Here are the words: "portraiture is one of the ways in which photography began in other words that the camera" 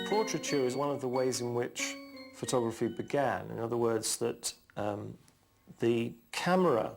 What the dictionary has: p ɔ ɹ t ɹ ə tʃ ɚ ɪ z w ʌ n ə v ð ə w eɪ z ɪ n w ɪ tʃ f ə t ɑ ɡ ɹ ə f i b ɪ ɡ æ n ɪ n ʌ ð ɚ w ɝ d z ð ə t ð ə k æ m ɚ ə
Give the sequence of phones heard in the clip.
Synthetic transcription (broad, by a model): p ɔ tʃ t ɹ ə tʃ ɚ ɪ z w ʌ n ə v ð ə w eɪ z ɪ n w ɪ tʃ f ə t ɑ ɡ ɹ ə f i b ɪ ɡ æ n ɪ n ʌ ð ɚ w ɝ d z ð ə t ð ə k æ m ɚ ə